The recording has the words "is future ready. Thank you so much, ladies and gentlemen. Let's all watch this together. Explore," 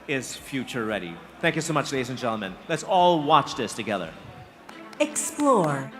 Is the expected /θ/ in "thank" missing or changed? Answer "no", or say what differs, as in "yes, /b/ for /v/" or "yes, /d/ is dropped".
no